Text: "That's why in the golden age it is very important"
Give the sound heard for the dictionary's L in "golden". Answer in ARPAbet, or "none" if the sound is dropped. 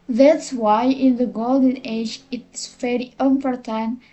L